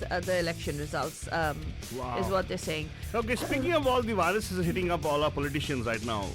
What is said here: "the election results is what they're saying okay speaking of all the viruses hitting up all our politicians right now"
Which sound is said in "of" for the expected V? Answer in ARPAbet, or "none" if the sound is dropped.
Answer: P